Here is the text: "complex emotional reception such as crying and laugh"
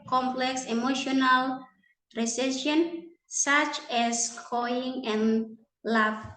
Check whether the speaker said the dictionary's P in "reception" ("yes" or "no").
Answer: no